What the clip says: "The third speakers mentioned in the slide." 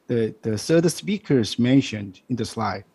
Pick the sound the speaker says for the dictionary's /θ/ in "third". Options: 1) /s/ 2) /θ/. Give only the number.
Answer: 1